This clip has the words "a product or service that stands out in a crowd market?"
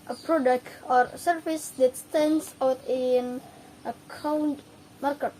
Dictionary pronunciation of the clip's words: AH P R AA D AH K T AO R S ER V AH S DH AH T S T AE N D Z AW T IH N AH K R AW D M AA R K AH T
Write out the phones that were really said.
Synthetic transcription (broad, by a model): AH P R AA D AH K T AO R S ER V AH S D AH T S T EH N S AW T IH N AH K AW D M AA R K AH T